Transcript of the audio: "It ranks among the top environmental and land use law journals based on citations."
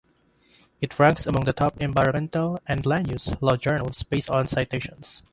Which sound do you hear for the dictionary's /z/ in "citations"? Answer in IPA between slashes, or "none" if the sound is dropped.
/s/